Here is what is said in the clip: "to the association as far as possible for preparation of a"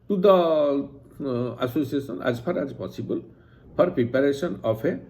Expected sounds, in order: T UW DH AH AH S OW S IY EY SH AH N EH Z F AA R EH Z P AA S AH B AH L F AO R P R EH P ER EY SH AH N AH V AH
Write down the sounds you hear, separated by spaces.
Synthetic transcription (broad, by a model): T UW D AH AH S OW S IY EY S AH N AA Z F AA R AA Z P AA S AH B AH L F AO R P R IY P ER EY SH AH N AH F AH